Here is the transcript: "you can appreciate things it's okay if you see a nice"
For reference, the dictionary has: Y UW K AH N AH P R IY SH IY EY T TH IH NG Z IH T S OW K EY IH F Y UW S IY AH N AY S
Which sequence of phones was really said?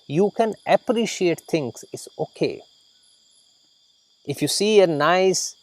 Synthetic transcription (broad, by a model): Y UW K AH N AH P R IY SH IY EY T T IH NG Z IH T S OW K EY IH F Y UW S IY AH N AY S